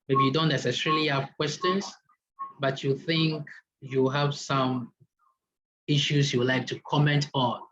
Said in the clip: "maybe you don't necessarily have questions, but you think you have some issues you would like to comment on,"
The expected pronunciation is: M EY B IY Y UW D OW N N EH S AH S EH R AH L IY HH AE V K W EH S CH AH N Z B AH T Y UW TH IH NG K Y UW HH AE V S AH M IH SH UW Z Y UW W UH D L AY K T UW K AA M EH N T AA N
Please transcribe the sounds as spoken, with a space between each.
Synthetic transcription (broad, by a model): M EY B IY Y UW D OW N N EH S AH S EH R AH L IY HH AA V K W EH S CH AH N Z B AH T Y UW TH IH NG K Y UW HH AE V S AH M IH SH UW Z Y UW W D L AY K T UW K AA M EH N T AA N